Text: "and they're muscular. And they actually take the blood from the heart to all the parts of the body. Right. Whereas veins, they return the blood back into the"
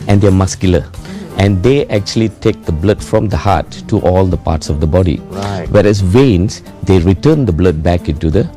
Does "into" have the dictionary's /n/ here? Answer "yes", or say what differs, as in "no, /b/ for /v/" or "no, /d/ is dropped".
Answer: yes